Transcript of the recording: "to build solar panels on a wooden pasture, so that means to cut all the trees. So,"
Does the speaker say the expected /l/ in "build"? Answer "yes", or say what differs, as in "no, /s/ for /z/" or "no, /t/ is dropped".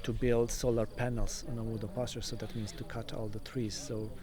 yes